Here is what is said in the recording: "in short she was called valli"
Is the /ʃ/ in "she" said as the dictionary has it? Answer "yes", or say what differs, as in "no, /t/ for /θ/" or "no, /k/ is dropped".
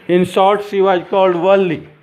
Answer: no, /s/ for /ʃ/